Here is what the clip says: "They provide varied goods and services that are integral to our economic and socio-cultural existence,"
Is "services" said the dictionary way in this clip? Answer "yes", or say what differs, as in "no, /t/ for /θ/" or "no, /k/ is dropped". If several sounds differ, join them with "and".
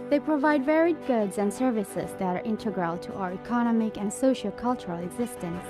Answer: yes